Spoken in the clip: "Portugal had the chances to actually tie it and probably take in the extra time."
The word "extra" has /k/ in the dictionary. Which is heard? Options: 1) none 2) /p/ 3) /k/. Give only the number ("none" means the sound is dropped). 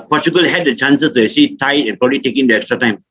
3